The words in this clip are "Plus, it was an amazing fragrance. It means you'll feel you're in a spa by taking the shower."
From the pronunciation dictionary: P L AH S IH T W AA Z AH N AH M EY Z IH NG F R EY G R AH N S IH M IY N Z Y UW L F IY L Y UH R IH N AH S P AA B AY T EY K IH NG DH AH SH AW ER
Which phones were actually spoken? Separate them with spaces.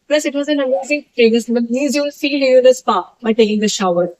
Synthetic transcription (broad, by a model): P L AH S IH T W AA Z AH N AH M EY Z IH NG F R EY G AH S IH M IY Z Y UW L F IY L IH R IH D AH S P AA B AY T EY K IH NG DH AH SH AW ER